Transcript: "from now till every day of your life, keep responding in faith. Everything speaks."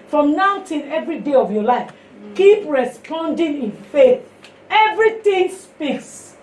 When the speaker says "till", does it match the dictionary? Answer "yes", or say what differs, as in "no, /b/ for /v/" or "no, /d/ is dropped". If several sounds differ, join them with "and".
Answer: no, /n/ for /l/